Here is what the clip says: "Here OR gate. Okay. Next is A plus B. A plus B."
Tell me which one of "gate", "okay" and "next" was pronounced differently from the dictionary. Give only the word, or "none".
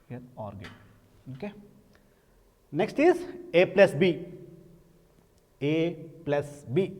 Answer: gate